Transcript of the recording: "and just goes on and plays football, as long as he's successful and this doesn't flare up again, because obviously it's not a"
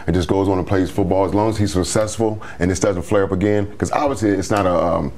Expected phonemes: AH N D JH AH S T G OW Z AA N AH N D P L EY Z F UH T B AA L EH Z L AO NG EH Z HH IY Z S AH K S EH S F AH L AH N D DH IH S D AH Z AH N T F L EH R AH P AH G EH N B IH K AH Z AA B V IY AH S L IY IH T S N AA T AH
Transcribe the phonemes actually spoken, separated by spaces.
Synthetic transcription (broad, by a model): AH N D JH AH S G OW Z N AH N P L EY Z F UH T B AA L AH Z L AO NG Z HH IY Z S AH K S EH S F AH L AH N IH S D AH Z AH N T F L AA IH AH P AH G EH N K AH Z AA B V IY AH S L IY IH T S N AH T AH